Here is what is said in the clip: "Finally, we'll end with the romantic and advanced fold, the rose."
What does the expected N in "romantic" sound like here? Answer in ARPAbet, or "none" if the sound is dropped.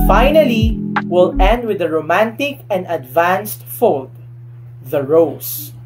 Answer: N